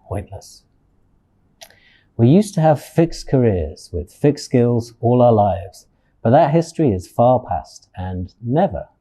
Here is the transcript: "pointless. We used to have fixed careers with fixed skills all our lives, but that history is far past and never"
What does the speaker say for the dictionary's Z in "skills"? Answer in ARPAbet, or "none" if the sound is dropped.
Z